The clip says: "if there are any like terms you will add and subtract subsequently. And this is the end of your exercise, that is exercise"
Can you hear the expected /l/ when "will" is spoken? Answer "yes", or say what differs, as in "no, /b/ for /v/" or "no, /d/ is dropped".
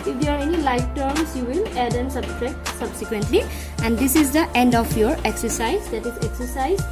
yes